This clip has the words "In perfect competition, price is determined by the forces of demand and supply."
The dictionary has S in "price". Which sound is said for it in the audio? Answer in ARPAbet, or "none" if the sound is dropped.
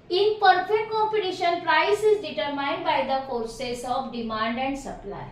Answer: S